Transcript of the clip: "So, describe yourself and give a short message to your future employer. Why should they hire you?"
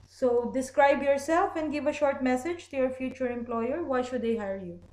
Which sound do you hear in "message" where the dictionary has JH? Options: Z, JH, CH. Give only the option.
JH